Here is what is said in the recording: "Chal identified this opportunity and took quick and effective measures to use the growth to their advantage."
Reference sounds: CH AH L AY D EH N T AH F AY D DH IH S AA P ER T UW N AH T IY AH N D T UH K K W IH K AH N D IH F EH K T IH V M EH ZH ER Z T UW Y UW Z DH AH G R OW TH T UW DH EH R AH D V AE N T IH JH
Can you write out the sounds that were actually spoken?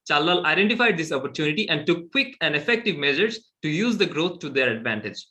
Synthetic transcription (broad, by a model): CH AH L AY D EH N T AH F AY D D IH S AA P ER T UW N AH T IY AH N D T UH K K W IH K AH N D IH F EH K T IH V M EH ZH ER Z T UW Y UW Z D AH G R OW T T UW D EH R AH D V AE N T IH JH